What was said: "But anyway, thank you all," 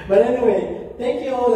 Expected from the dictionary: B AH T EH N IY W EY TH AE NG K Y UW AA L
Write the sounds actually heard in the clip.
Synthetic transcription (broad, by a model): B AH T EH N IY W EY T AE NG K Y UW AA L